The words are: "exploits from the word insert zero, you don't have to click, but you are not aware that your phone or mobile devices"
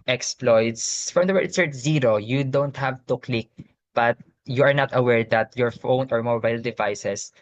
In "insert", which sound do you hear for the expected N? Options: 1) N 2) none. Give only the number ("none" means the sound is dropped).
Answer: 2